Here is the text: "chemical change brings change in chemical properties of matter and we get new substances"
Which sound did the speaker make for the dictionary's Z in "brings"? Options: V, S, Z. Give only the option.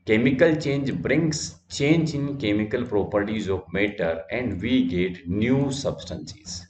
S